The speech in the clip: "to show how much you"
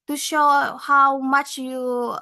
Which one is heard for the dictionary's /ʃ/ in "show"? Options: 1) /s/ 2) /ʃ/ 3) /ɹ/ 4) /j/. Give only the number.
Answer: 2